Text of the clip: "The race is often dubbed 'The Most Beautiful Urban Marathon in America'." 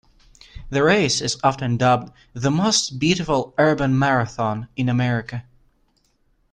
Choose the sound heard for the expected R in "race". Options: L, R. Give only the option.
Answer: R